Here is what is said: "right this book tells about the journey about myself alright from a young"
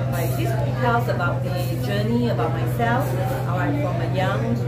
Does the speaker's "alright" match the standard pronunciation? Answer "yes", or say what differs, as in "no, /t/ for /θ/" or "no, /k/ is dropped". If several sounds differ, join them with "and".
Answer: no, /l/ is dropped